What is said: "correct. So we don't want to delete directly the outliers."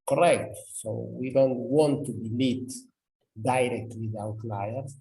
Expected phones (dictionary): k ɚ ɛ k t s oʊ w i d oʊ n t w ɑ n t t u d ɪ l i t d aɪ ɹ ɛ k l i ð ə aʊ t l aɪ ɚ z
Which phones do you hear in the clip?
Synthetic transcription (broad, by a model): k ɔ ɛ k t s oʊ w i d oʊ n t w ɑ n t t u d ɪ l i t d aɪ ɹ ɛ k w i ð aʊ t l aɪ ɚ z